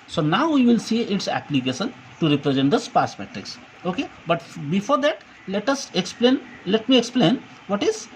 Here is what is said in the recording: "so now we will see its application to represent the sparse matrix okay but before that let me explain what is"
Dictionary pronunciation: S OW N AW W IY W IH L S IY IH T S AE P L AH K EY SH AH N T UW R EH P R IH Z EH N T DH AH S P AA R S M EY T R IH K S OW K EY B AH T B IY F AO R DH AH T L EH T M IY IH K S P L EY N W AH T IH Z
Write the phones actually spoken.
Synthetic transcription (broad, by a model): S OW N AW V IY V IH L S IY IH T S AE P L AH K EY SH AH N T UW R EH P R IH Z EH N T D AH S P AA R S M EY T R IH K S OW K EY B AH T B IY F AO R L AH T L EH T M IY IH K S P L EY N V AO T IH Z